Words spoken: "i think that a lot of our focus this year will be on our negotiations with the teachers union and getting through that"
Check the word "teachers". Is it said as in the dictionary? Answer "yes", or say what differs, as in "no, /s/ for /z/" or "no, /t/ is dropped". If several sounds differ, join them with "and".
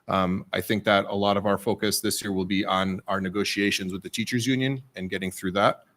yes